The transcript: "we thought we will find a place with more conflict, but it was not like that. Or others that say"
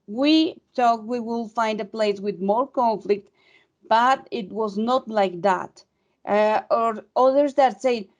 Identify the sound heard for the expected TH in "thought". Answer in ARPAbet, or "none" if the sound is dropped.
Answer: T